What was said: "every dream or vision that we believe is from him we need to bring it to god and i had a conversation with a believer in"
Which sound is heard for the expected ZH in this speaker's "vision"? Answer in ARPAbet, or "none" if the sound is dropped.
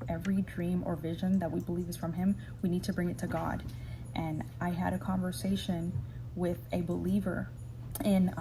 ZH